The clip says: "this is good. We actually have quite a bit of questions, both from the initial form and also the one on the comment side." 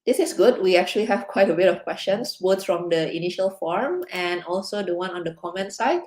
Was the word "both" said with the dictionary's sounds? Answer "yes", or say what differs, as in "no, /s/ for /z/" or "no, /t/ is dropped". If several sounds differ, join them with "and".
no, /s/ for /θ/